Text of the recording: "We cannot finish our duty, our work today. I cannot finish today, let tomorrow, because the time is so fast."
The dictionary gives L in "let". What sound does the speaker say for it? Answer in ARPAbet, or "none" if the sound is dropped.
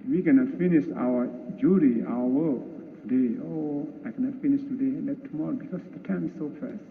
N